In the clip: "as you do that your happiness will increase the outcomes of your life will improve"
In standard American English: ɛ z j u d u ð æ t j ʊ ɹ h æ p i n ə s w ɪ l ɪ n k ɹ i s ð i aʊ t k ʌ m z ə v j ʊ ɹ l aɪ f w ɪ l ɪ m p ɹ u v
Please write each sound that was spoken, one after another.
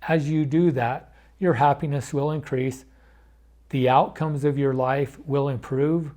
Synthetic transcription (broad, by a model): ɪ z j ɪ d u ð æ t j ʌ ɹ h æ p i n ə s w ɪ l ɪ n k ɹ i s ð i aʊ t k ʌ m z ə v j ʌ ɹ l aɪ f w ɪ l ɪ m p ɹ u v